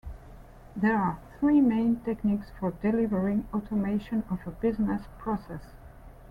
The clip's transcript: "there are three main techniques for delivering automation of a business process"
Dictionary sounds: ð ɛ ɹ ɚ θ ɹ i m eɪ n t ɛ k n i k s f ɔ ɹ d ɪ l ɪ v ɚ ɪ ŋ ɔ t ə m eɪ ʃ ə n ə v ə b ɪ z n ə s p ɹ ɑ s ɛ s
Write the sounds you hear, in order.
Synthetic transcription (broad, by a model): ð ɛ ɹ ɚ θ ɹ i m eɪ n t ɛ k n i k s f ɔ ɹ d ɪ l ɪ v ɚ ɪ ŋ ɔ t ə m eɪ ʃ ə n ə v ə b ɪ z n ə s p ɹ ɑ s ɛ s